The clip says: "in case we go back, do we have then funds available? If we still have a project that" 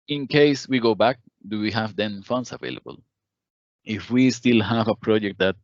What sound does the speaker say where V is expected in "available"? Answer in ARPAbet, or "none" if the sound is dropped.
V